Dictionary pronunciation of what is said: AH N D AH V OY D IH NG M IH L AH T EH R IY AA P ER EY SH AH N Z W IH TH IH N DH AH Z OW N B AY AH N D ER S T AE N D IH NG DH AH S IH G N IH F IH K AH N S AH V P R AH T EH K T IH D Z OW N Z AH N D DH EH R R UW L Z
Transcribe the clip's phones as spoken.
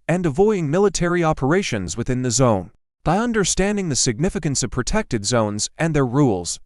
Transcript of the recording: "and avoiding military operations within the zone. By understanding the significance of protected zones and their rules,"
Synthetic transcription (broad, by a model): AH N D AH V OY D IH NG M IH L AH T EH R IY AA P ER EY SH AH N Z W IH TH IH N DH AH Z OW N B AY AH N D ER S T AE N D IH NG DH AH S IH G N IH F IH K AH N S AH V P R AH T EH K T IH D Z OW N Z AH N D DH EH R R UW L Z